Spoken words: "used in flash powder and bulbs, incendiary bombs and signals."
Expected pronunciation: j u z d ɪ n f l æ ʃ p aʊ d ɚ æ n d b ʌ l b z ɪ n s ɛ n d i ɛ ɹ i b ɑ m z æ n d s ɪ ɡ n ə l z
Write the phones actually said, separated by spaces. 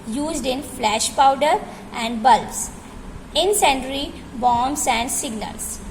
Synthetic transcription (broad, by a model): j u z d ɪ n f l æ ʃ p aʊ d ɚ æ n d b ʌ l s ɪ n s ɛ n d ɹ i b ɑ m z æ n d s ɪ ɡ n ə l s